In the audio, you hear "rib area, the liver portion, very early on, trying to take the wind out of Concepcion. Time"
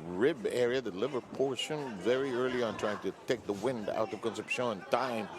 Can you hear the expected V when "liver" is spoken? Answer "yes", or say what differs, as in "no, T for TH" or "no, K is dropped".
yes